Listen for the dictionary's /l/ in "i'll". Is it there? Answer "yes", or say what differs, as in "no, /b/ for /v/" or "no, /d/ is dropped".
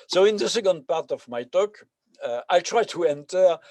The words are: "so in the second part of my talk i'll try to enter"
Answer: yes